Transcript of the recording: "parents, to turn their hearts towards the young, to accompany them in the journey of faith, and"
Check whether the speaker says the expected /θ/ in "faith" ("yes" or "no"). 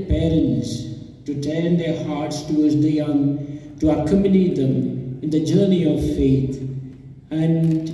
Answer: no